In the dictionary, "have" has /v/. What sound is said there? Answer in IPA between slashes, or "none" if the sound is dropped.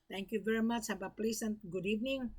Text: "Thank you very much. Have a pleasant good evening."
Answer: /b/